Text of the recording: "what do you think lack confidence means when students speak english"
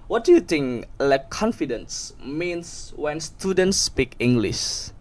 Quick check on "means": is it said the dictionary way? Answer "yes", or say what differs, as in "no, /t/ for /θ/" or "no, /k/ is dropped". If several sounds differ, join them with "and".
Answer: no, /s/ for /z/